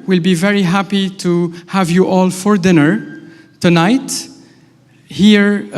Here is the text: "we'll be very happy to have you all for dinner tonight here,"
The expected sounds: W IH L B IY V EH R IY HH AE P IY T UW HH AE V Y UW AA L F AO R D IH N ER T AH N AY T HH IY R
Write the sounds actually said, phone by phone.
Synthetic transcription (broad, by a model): W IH L B IY V EH R IY HH AE P IY T UW HH AE V Y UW AA L F AO R D IH N ER T AH N AY T HH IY R